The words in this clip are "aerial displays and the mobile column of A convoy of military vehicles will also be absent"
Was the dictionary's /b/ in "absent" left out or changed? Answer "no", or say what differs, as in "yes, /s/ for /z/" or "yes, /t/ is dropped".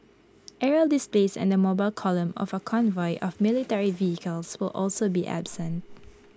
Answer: no